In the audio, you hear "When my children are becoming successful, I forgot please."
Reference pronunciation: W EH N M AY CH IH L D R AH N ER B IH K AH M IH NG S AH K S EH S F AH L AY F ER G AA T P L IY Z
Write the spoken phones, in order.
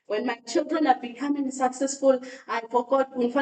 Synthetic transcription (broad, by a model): W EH N M AY CH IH L D R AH N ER B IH K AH M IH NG S AH K S EH S F AH L AY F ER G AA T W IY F